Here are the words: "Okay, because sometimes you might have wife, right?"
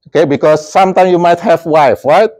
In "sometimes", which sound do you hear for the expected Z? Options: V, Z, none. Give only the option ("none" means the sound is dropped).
none